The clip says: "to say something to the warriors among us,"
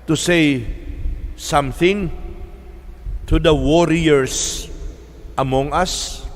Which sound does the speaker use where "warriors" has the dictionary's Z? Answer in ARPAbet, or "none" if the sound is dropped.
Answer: S